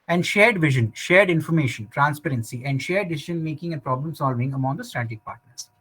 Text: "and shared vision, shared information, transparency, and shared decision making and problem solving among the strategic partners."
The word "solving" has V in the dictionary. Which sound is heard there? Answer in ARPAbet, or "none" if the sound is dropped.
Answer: V